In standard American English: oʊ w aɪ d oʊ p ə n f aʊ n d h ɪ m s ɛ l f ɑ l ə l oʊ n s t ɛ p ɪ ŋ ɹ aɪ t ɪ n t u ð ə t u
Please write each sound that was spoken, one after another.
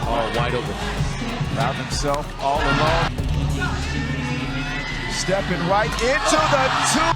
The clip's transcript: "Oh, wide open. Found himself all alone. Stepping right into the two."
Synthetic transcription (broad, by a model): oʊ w aɪ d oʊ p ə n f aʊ d h ɪ m s ɛ l f ɑ l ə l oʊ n s t ɛ p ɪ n ɹ aɪ t ɪ n t u ð ə t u